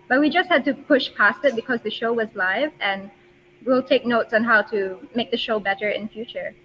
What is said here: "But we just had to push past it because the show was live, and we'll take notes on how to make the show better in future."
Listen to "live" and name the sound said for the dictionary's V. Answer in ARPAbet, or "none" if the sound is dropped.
V